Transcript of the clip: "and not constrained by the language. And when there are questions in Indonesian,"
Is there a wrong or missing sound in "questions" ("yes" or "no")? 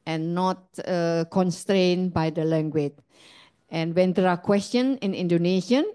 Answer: yes